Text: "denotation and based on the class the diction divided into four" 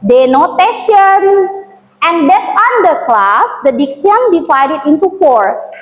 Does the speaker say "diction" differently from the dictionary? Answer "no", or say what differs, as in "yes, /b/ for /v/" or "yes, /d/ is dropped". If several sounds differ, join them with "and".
yes, /s/ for /ʃ/